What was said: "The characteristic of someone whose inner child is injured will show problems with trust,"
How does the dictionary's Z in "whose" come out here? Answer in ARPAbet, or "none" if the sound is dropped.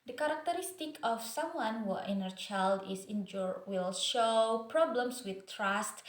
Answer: none